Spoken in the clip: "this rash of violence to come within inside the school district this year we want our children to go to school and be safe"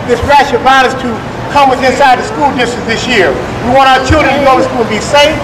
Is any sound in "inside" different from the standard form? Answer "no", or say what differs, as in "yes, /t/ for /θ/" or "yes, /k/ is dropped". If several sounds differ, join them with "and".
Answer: no